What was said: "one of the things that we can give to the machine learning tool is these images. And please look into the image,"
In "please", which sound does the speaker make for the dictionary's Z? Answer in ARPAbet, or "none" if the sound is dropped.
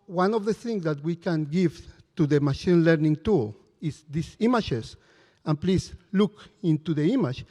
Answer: S